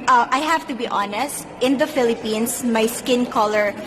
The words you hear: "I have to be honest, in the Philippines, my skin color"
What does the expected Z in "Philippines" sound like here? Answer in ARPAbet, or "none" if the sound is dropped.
S